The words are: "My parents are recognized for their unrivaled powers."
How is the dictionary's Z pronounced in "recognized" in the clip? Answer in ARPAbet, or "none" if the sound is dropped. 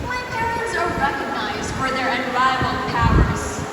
Z